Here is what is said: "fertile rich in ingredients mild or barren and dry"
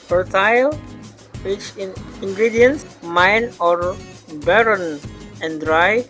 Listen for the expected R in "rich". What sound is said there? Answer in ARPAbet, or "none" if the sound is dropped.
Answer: W